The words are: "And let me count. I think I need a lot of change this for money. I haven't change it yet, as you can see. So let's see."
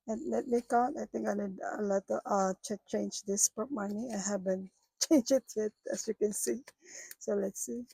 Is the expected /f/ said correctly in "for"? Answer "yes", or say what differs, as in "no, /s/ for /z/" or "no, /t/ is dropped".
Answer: no, /p/ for /f/